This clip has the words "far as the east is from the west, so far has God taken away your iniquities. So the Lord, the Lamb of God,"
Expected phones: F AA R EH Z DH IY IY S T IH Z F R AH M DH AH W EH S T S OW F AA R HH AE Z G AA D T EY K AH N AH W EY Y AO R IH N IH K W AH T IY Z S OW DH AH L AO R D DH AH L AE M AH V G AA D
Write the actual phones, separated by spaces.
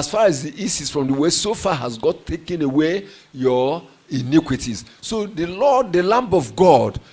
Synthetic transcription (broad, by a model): F AA R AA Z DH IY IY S IH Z F R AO M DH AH W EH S S OW F AA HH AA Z G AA T EY K AH N AH W EY Y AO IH N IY K W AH T IY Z S OW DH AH L AO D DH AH L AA M AH V G AA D